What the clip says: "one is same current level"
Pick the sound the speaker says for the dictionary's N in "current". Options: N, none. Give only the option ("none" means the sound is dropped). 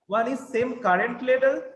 N